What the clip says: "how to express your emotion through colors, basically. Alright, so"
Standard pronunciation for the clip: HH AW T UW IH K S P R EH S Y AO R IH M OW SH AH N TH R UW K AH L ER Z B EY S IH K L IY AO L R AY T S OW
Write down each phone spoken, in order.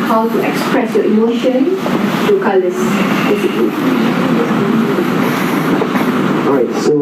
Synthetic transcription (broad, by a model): HH AW T UW IH K S P R EH S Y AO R IH M OW SH AH N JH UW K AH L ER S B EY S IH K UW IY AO R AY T S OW